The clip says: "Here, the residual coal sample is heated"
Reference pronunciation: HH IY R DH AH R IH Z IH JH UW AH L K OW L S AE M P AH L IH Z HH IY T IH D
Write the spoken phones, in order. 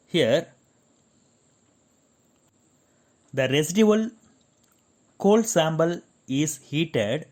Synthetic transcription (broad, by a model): HH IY R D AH R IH S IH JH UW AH L K OW L S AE M B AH L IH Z HH IY T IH D